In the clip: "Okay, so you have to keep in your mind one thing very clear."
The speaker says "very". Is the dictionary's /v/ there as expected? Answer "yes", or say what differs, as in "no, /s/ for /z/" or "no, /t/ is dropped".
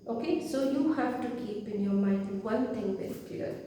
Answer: no, /b/ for /v/